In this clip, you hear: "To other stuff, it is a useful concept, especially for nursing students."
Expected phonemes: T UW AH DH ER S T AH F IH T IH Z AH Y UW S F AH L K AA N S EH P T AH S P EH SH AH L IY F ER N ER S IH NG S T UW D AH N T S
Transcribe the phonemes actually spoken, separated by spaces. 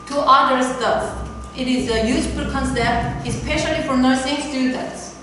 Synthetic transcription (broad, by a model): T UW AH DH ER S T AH IH T IH Z AH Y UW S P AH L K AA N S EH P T AH S P EH SH AH L IY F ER N ER S IH NG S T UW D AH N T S